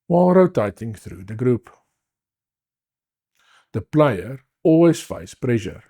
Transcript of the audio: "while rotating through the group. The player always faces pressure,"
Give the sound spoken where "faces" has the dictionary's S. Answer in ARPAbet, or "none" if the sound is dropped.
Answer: none